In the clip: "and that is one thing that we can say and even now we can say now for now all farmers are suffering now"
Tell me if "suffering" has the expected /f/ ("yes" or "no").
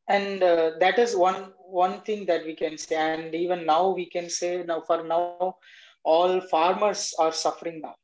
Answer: yes